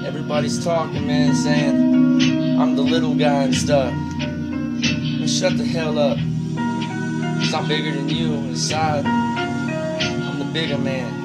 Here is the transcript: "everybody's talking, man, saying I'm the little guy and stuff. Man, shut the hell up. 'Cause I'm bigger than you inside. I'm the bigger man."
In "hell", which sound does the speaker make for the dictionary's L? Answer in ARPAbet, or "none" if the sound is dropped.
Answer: L